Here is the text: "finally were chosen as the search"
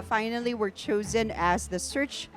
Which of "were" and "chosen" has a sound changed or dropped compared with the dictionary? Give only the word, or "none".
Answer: none